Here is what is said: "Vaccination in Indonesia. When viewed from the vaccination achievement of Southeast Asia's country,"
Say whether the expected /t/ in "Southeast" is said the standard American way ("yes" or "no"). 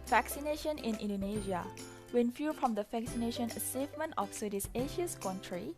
no